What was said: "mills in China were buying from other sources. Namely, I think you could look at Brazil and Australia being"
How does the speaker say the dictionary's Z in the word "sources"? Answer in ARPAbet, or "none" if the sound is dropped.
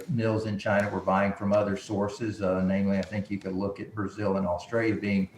Z